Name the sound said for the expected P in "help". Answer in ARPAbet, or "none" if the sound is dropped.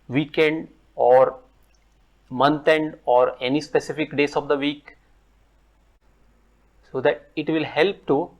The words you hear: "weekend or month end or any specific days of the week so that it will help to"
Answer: P